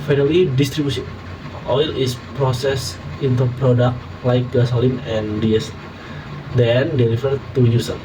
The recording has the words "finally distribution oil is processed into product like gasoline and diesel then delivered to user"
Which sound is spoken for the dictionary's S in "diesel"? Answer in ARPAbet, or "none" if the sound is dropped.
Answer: none